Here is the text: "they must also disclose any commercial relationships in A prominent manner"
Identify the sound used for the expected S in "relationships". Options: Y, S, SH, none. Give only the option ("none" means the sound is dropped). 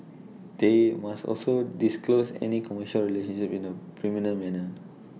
none